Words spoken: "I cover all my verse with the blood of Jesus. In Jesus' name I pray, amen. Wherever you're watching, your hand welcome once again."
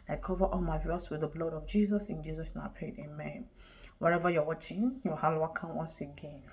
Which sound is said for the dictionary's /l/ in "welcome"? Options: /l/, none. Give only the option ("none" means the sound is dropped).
none